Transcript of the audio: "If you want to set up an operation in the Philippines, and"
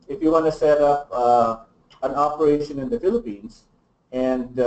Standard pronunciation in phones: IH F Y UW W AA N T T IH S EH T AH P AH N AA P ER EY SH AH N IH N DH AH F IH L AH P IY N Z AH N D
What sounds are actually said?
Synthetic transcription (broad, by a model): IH F Y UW W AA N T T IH S EH T AH P AH N AA P ER EY SH AH N IH N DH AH F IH L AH P IY N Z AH N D